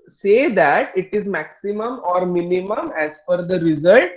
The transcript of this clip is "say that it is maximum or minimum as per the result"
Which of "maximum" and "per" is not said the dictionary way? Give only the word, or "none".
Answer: per